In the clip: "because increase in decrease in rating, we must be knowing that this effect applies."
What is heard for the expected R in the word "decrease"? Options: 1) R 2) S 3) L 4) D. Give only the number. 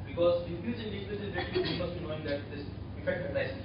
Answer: 3